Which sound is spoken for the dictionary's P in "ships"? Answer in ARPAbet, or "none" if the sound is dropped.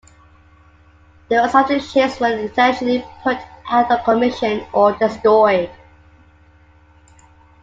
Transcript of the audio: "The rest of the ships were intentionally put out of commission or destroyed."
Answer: none